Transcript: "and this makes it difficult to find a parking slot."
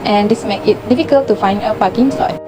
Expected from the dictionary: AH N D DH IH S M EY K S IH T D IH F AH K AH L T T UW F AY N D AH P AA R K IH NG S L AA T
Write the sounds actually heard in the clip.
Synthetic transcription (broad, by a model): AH N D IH S M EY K IH T D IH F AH K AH L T T UW F AY N D AH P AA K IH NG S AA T